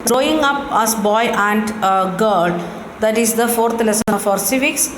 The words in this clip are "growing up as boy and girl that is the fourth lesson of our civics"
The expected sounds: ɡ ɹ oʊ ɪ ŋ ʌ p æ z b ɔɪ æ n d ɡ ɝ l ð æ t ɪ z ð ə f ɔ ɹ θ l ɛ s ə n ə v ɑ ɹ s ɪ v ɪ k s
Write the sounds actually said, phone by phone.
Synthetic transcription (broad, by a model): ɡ ɹ oʊ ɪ ŋ ʌ p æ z b ɔɪ æ n d ɡ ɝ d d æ t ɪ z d ə f ɔ ɹ t l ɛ s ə ə f ɑ ɹ s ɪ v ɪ k s